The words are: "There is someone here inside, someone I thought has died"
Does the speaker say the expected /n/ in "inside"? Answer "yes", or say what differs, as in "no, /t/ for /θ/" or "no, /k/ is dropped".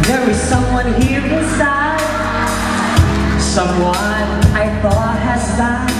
no, /n/ is dropped